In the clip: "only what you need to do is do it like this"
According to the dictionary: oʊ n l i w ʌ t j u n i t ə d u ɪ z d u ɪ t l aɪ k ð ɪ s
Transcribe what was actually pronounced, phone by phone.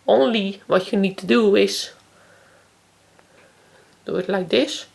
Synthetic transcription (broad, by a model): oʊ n l i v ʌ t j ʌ n i t ə d u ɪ s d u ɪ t l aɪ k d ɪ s